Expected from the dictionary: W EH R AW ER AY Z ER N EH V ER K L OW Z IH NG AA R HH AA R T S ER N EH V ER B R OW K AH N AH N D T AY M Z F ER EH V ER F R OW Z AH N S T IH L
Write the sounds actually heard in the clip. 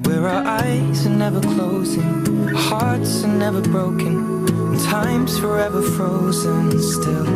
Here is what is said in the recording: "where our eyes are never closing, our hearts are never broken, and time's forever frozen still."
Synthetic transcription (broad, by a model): W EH R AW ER AY Z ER N EH V ER K L OW Z IH NG HH AA R T S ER N EH V ER B R OW AH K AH N T AY M Z F ER EH V ER F R OW Z AH N S T IH L